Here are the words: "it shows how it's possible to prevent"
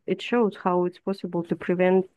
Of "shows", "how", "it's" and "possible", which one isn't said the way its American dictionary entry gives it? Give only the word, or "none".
none